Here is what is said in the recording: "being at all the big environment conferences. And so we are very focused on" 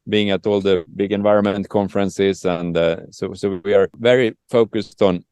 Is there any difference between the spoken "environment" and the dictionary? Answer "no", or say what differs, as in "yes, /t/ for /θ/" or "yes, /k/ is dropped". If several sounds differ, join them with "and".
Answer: no